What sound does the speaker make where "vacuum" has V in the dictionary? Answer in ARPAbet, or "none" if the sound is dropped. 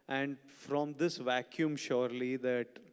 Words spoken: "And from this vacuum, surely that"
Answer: V